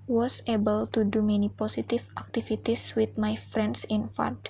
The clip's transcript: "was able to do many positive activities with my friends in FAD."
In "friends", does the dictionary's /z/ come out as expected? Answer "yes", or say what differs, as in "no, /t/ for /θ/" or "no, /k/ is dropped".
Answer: no, /s/ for /z/